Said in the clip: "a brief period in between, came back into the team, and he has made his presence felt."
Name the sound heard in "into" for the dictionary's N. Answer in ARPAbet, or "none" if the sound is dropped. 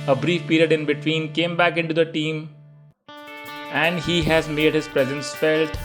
N